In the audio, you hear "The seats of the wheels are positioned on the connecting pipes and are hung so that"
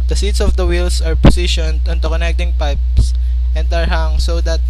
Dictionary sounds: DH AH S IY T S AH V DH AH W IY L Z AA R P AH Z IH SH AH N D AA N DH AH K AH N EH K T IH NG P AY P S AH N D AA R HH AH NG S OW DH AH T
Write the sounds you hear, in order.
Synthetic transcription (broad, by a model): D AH S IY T S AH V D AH W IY L S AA R P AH S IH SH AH N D AA N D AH K AH N EH K T IH NG P AY P S AH N D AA R HH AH NG S OW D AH T